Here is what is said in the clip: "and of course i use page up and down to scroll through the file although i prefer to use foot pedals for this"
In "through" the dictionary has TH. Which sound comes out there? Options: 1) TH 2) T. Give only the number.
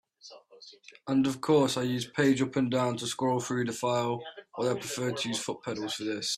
1